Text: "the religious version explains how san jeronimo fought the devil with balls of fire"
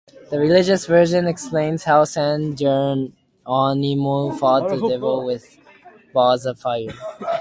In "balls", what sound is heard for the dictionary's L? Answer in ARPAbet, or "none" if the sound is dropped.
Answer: none